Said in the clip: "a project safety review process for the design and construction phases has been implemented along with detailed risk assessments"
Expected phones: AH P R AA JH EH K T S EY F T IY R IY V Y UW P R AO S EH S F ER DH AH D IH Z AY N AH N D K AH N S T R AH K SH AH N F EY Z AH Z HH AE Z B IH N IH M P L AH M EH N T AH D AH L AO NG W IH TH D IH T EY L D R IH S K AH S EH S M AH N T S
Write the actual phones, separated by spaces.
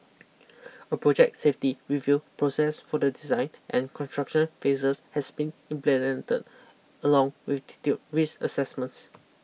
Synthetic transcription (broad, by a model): AH P R AA JH EH K T S EY F T IY R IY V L P R AO S EH S F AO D AH D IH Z AY N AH N K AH N S T R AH K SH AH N F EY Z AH S HH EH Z B IH N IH M P L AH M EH N T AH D AH L AO NG W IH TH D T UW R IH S AH S EH S M AH N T S